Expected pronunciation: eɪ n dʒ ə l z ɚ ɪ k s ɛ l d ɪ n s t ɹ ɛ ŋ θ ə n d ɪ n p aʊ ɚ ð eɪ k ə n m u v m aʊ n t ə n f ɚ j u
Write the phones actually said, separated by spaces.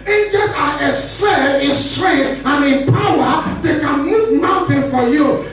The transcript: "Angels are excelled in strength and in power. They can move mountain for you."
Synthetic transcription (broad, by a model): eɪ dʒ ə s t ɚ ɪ s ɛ d ɪ n s t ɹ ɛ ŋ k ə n ɪ n p aʊ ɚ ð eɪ k ə n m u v m aʊ n t ə n f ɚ j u